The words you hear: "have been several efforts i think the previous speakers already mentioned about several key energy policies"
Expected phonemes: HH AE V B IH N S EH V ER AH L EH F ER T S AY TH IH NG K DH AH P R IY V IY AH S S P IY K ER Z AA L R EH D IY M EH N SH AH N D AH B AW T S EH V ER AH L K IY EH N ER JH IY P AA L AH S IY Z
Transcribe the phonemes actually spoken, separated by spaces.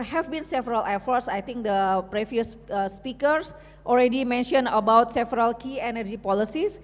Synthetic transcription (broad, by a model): HH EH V B IH N S EH V ER AH L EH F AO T S AY T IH NG K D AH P R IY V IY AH S S P IY K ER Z AA L R EH D IY M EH N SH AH N AH B AW T S EH V ER AH L K IY EH N ER JH IY P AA L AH S IY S